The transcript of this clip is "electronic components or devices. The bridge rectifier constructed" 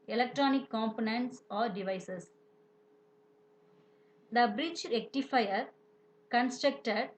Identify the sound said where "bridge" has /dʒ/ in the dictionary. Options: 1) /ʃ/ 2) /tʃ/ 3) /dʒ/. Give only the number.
2